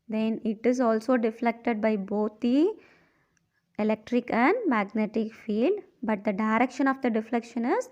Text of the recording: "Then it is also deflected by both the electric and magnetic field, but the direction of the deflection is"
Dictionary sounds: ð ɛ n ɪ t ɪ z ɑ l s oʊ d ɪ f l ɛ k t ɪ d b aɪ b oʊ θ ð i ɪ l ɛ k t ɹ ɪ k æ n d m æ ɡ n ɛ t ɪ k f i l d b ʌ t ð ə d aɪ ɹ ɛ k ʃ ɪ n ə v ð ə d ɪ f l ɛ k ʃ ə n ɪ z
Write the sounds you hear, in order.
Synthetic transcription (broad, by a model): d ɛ n ɪ t ɪ z ɑ l s oʊ d ɪ f l ɛ k t ɪ d b aɪ b oʊ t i ɪ l ɛ k t ɹ ɪ k æ n d m æ ɡ n ɛ t ɪ k f i l d b ʌ t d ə d aɪ ɹ ɛ k ʃ ɪ n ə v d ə d ɪ f l ɛ k ʃ ə n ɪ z